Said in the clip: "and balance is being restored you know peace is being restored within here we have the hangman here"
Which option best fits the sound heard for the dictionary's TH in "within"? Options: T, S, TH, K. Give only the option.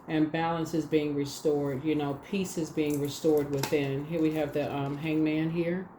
TH